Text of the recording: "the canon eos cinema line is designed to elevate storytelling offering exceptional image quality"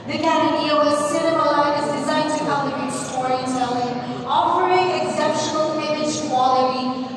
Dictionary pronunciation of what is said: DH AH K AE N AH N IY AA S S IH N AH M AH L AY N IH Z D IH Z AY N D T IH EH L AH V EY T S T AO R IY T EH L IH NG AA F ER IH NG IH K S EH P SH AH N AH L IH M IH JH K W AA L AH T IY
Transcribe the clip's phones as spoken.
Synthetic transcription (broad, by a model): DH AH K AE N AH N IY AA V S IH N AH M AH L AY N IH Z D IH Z AY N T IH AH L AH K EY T S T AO R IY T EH L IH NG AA P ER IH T IH K S EH P SH AH N AH L IH M IH JH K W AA L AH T IY